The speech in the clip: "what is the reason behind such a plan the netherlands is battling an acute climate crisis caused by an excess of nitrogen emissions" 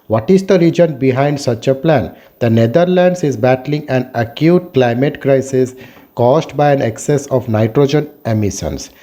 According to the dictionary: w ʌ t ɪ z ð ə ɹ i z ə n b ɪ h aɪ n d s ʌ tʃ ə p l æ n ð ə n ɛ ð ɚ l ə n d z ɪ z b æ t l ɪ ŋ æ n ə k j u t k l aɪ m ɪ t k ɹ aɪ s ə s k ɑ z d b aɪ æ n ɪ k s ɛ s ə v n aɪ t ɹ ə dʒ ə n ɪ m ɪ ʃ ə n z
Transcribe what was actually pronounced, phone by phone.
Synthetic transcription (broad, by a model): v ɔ t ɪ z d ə ɹ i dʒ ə n b ɪ h aɪ n d s ʌ tʃ ə p l æ n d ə n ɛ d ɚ l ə n d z ɪ z b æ t l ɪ ŋ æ n ə k j u t k l aɪ m ɪ t k ɹ aɪ s ə s k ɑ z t b aɪ æ n ɪ k s ɛ s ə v n aɪ t ɹ ə dʒ ə n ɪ m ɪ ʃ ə n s